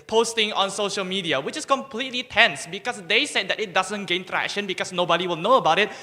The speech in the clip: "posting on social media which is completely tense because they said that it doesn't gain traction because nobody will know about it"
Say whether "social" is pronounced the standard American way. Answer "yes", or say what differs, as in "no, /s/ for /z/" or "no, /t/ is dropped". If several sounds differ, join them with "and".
yes